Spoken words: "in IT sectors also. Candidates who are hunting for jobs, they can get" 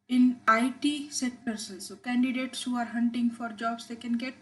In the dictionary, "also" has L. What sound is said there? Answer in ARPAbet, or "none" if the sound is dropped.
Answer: N